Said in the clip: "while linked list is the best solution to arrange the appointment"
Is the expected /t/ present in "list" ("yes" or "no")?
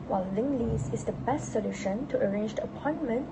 no